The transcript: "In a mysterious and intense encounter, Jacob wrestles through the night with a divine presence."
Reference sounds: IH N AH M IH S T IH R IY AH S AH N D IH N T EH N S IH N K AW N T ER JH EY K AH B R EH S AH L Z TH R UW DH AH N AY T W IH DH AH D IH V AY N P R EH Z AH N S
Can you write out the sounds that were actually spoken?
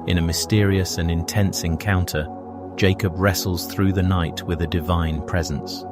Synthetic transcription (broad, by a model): IH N AH M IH S T IH R IY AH S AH N IH N T EH N S IH N K AW N T ER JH EY K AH B R EH S L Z TH R UW DH AH N AY T W IH DH AH D IH V AY N P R EH Z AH N S